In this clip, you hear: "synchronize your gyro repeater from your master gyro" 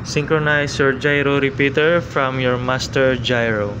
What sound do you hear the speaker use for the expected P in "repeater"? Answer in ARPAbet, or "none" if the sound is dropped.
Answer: P